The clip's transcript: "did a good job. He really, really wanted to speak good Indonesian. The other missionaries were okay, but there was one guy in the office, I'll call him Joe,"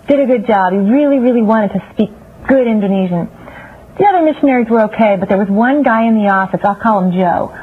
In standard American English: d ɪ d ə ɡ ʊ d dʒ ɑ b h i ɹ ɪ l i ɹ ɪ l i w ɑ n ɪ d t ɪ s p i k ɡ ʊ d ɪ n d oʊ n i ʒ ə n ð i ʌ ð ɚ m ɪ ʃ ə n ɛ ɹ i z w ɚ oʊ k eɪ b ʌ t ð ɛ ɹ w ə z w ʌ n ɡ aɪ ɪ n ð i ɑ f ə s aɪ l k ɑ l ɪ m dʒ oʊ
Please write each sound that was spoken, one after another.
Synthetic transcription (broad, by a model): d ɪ d ə ɡ ʊ d dʒ ɑ b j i ɹ ɪ l i ɹ ɪ l i w ɑ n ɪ d t ɪ s p i k ɡ ʊ d ɪ n d oʊ n i ʒ ə n ð i ʌ ð ɚ m ɪ ʃ ə n ɛ ɹ i z w ɚ oʊ k eɪ b ʌ t ð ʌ ɹ w ə z w ʌ n ɡ aɪ ɪ n ð i ɑ f ə s aɪ l k ɑ l ɪ m dʒ oʊ